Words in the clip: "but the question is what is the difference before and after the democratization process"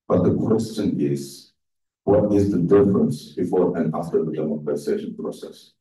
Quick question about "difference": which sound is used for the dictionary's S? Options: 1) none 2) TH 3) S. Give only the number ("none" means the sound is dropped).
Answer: 3